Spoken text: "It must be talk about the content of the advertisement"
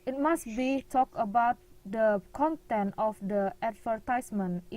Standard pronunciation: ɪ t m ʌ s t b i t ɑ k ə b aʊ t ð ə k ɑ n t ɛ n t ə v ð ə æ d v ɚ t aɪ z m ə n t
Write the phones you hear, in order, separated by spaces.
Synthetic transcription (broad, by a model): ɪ t m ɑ s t b i t ɑ k ə b aʊ t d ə k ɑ n t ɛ n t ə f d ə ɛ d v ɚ t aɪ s m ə n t